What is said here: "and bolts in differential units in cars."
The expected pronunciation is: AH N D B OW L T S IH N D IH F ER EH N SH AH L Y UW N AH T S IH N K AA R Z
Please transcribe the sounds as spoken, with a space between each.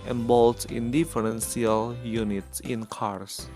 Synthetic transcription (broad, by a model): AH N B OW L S IH N D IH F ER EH N S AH L Y UW N AH T S IH N K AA R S